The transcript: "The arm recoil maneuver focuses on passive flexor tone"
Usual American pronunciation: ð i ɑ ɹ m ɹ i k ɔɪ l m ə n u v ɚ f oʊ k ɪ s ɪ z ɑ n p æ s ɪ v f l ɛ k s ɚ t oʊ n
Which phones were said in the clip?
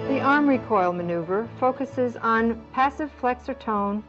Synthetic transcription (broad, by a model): ð i ɑ ɹ m ɹ i k ɔɪ l m ə n u v ɚ f oʊ k ɪ s ɪ z n p æ s ɪ v f l ɛ k s ɚ t oʊ n